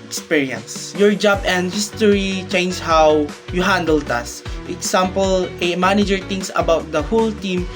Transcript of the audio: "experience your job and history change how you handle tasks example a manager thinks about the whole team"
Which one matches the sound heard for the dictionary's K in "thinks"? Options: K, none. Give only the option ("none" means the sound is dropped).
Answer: none